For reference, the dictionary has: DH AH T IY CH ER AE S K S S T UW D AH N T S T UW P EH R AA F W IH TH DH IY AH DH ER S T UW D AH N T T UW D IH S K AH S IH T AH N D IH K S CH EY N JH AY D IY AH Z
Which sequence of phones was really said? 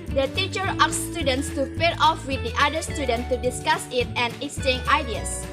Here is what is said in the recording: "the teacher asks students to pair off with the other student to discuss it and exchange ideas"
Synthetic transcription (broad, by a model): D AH T IY CH ER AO K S S T UW D AH N T S T UW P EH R AA F W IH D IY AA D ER S T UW D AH N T T UW D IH S K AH S IH T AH N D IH S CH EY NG AY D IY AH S